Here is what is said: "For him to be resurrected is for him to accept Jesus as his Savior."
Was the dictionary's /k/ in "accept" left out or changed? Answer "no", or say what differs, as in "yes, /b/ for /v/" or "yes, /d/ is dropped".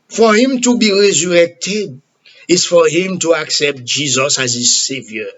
no